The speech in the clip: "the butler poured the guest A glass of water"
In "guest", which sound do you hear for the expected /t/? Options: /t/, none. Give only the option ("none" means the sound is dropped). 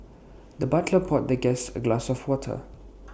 none